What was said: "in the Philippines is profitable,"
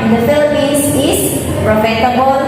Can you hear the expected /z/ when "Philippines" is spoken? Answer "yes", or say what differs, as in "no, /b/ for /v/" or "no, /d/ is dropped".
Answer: no, /s/ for /z/